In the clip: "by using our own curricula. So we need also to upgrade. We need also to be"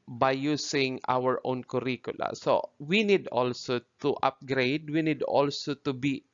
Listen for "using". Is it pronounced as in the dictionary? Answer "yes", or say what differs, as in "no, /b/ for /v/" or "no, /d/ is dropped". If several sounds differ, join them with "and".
no, /s/ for /z/